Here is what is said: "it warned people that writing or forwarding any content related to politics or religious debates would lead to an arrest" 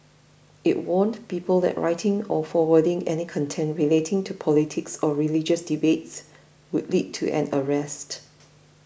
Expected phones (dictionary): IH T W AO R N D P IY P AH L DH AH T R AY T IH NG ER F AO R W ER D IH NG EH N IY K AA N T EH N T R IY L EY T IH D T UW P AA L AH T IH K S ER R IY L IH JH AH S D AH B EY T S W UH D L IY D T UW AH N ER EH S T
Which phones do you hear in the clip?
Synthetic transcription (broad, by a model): IH T W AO N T P IY P AH L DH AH T R AY T IH NG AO F AO W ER D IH NG EH N IY K AA N T EH N T R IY L EY T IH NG T UW P AA L AH T IH K S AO R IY L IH JH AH S D AH B EY T S W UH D L IY D T UW AH N ER EH S T